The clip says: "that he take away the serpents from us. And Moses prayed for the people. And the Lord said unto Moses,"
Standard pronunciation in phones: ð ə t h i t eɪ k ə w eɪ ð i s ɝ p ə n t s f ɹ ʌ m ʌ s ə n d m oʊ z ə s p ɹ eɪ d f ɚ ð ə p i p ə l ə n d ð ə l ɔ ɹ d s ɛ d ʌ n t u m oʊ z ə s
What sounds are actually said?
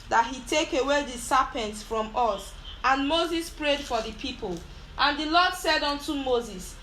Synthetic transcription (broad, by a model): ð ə t h i t eɪ k ə w eɪ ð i s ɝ p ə n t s f ɹ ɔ m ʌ s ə n m oʊ z ə s p ɹ eɪ d f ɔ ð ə p i p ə l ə n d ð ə l ɔ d s ɛ d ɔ n t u m oʊ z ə s